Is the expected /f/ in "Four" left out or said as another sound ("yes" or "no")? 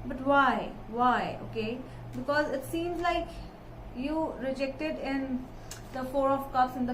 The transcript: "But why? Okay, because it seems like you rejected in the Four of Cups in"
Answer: no